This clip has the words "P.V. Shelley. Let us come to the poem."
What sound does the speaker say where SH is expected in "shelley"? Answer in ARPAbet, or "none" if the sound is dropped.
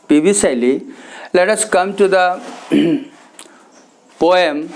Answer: S